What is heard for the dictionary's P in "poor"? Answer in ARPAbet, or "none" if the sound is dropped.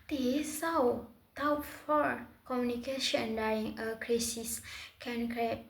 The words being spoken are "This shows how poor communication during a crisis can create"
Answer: F